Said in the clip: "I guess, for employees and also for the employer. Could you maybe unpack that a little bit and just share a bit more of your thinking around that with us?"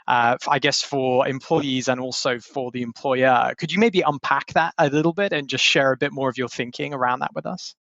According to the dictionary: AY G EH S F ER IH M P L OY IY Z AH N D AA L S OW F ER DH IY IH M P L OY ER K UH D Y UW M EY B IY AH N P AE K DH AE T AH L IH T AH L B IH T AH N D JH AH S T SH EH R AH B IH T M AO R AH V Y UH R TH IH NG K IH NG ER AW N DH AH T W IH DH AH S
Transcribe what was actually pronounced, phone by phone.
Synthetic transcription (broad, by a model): AY G EH S F ER IH M P L OY IY Z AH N AA L S OW F ER DH IY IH M P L OY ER K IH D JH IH M EY B IY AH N P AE K DH AE T AH L IH T L B IH T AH N JH AH S T SH EH R AH B IH T M AO R AH V Y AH R TH IH NG K IH NG ER AW N DH AH T W IH DH AH S